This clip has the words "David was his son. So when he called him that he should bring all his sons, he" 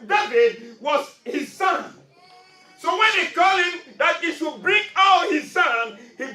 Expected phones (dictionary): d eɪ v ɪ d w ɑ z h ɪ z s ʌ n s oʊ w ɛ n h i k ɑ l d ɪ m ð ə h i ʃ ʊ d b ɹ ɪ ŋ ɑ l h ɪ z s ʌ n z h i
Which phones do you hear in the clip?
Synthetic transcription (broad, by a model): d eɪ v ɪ d w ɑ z h ɪ z s ʌ n s oʊ w ɛ n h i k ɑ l ɪ m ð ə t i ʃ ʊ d b ɹ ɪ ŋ ɑ l h ɪ z s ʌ n h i